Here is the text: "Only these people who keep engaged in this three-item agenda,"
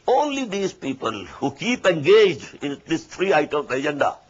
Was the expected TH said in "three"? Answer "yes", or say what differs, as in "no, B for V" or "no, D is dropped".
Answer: no, T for TH